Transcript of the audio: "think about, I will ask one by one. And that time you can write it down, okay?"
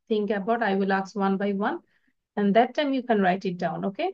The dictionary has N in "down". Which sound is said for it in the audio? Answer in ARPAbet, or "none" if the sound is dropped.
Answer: N